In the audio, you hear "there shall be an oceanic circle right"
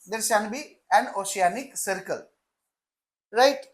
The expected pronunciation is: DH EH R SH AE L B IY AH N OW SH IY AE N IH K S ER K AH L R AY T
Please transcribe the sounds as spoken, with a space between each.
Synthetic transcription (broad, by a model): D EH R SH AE N B IY AH N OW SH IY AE N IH K S ER K AH L R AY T